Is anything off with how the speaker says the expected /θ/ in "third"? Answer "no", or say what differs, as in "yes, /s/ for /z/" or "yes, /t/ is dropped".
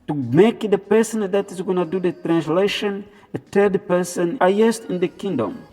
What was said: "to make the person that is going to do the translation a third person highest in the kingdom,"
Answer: yes, /t/ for /θ/